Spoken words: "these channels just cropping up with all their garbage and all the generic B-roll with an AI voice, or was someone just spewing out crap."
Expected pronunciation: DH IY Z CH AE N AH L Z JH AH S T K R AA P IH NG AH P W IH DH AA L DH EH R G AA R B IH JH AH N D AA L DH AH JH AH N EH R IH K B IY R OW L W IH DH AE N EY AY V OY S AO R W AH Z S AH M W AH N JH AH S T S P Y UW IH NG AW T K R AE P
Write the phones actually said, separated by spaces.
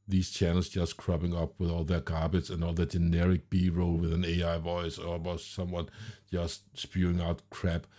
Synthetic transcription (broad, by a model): DH IY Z CH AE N L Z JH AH S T K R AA B IH NG AH P W IH DH AA L DH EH R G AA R B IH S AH N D AA L DH AH JH AH N EH R IH K B IY R OW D W IH DH AE N EY AY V OY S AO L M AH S S AH M W AH N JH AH S T S P Y UW IH NG AW T K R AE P